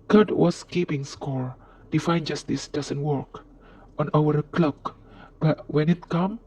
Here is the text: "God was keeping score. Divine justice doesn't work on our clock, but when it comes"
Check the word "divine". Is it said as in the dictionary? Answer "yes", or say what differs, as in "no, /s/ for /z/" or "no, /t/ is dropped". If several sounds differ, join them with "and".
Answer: no, /f/ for /v/